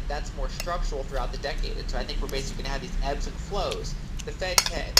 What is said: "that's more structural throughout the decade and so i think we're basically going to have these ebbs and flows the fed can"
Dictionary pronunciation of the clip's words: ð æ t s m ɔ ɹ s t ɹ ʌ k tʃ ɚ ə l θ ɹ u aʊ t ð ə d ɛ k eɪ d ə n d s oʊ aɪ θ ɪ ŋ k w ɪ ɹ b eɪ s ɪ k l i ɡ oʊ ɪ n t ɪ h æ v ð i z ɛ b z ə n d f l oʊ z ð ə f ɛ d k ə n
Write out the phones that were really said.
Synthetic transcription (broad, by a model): ð æ t s m ɔ ɹ s t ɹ ʌ k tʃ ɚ l θ ɹ u aʊ t ð ə d ɛ k eɪ d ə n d s oʊ aɪ θ ɪ ŋ k w ɪ ɹ b eɪ s ɪ k l i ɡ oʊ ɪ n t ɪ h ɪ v ð i z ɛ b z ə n f l oʊ z ð ə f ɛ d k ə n